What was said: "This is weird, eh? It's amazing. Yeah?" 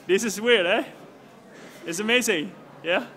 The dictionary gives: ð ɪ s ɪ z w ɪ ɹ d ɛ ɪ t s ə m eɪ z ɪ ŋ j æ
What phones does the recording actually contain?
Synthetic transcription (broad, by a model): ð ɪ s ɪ s w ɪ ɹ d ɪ ɪ t s ə m eɪ z ɪ ŋ j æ